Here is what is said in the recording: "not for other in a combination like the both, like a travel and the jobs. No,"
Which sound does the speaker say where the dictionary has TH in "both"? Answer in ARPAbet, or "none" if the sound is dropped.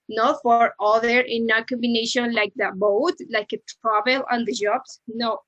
T